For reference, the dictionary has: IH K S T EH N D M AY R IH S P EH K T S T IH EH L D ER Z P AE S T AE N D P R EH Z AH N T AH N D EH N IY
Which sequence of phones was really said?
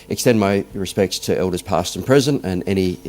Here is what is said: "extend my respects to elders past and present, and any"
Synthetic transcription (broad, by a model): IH K S T EH N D M AY R IH S P EH K T S T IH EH L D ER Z P AE S T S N P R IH Z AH N AH N EH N IY